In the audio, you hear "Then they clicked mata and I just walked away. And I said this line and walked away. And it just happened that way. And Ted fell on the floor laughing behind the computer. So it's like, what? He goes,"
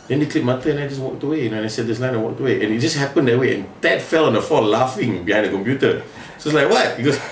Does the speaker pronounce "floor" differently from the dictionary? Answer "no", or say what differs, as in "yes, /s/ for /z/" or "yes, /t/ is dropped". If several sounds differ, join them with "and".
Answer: yes, /l/ is dropped and /l/ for /ɹ/